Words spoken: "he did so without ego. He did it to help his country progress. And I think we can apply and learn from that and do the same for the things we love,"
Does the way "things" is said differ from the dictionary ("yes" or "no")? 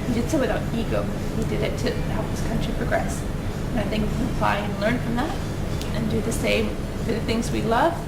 no